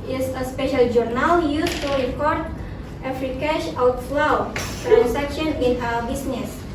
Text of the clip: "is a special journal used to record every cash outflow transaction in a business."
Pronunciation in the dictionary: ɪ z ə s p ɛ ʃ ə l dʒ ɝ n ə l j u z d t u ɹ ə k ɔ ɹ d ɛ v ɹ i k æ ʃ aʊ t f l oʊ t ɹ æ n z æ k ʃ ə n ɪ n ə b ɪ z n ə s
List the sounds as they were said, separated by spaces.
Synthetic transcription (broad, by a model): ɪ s ə s p ɛ ʃ ə l dʒ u n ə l j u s t u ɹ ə k ɔ ɹ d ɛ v ɹ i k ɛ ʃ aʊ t l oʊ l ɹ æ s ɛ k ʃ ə n ɪ n ə b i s n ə s